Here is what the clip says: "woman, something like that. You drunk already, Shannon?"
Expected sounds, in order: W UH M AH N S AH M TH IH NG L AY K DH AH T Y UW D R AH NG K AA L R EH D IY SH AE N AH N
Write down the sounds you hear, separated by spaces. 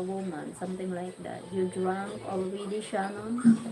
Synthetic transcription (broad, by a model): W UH M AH N S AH M T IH NG L AY K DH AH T Y UW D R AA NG K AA L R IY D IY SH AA N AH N